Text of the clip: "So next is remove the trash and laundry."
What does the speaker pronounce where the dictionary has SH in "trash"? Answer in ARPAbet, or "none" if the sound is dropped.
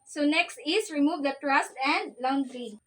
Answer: S